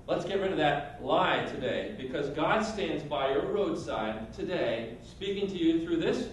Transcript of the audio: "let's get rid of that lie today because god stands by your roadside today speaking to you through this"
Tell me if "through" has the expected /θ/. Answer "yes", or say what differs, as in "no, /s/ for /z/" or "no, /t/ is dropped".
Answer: yes